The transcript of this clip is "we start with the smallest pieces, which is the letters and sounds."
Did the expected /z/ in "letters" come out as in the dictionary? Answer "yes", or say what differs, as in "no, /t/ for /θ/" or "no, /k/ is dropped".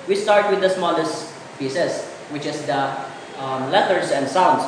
no, /s/ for /z/